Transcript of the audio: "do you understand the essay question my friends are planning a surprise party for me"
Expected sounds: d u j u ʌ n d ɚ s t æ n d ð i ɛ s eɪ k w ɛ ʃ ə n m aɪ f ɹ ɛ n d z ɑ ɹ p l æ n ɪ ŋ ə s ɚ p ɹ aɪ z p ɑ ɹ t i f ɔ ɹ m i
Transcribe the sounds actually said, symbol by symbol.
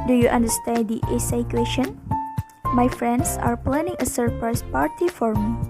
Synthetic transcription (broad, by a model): d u j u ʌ n d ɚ s t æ n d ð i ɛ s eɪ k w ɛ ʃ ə n m aɪ f ɹ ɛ n d s ɑ ɹ p l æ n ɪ ŋ ə s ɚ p l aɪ s p ɑ ɹ t i f ɔ ɹ m i